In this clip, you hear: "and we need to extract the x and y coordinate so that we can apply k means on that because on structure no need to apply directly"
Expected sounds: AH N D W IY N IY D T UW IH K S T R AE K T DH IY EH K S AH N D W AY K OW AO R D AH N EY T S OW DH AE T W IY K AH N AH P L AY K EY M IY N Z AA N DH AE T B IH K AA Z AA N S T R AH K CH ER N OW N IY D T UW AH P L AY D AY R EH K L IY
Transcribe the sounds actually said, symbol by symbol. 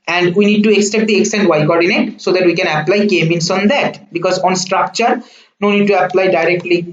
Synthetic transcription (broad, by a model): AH N D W IY N IY D T UW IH K S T EH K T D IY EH K S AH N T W AY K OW AO R D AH N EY T S OW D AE T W IY K AH N AH P L AY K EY M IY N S AA N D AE T B IH K AA Z AA N S T R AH K CH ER N OW N IY D T UW AH P L AY D AY R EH K L IY